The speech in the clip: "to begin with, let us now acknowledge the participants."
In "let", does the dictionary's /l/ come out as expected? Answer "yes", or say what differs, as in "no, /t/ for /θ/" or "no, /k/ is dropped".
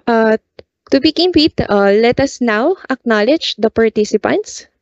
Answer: yes